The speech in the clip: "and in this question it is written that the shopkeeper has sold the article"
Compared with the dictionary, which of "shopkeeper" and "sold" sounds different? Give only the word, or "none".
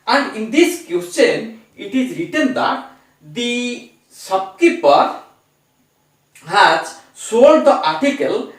shopkeeper